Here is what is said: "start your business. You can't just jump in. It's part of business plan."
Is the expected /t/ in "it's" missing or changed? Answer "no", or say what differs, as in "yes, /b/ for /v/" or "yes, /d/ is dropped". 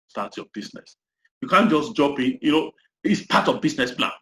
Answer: no